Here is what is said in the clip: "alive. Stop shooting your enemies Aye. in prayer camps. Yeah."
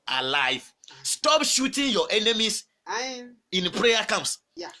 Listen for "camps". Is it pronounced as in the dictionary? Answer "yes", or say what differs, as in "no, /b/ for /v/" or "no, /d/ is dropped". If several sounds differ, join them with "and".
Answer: no, /p/ is dropped